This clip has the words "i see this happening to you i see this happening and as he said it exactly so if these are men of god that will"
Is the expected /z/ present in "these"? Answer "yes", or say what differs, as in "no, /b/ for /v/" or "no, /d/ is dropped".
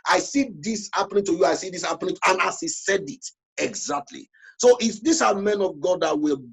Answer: no, /s/ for /z/